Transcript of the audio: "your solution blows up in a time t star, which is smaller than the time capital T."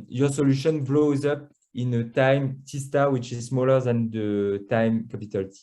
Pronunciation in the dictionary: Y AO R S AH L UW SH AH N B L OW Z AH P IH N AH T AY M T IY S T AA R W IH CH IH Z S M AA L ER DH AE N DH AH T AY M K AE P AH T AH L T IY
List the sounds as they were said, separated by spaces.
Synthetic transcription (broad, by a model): Y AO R S AH L UW SH AH N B L OW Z AH P IH N AH T AY M T IY S T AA W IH CH IH Z S M AA L ER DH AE N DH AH T AY M K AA P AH T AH L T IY